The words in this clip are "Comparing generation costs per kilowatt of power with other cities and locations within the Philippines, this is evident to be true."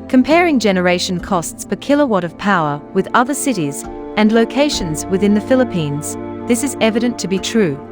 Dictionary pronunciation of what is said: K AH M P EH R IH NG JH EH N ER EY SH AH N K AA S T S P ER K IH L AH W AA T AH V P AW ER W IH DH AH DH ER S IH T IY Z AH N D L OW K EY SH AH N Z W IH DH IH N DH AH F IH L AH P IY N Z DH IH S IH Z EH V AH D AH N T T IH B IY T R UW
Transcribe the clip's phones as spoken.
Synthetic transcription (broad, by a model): K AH M P EH R IH NG JH EH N ER EY SH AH N K AA S T S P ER K IH L AH W AA T AH V P AW ER W IH DH AH DH ER S IH T IY Z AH N L OW K EY SH AH N Z W IH DH IH N DH AH F IH L AH P IY N Z DH IH S IH Z EH V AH D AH N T T IH B IY T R UW